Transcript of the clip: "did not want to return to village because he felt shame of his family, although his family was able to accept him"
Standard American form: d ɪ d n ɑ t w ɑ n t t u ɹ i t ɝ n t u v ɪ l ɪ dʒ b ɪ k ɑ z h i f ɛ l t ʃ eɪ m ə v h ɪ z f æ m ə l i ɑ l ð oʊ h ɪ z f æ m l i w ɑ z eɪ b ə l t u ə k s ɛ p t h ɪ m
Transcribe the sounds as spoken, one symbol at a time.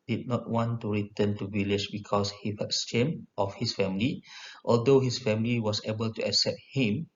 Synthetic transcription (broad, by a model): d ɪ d n ɑ t w ɑ n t t u ɹ i t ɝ n t u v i l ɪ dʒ b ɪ k ɑ s h i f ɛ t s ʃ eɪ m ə f h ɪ s f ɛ m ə l i ɑ l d oʊ h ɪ s f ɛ m l i w ɑ s eɪ b ə l t u ə k s ɛ p t h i m